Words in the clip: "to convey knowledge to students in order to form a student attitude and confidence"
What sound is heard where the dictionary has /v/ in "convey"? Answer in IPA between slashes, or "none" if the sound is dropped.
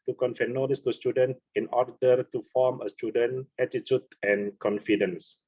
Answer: /f/